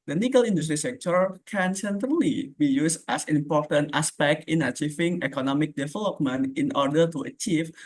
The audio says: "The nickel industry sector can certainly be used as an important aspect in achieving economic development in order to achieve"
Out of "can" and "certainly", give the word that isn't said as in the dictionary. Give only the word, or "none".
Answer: certainly